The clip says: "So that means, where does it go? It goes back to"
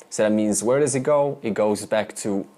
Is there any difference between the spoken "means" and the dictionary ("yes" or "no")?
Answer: no